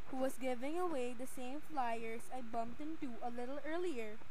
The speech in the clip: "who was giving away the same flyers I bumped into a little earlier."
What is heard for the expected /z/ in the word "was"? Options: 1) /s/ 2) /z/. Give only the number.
1